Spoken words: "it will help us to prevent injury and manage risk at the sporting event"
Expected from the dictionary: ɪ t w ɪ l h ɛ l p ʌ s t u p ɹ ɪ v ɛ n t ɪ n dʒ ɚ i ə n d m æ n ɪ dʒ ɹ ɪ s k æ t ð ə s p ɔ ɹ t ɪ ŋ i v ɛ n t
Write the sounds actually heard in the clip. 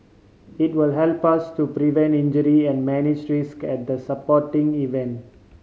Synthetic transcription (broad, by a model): ɪ t w ɪ l h ɛ l p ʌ s t u p ɹ ɪ v ɛ n t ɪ n dʒ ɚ i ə n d m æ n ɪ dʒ ɹ ɪ s k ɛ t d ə s p ɔ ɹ t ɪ ŋ i v ɛ n t